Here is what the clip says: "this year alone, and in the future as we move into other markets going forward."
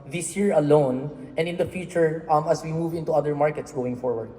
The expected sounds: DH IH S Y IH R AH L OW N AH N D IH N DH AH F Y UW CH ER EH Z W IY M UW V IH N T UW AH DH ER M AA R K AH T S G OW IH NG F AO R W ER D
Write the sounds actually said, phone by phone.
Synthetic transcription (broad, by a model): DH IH S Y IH R AH L OW N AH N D IH N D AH F Y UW CH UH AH S W IY M UW V IH N T UW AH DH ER M AA R K AH T S G OW IH NG F AO R W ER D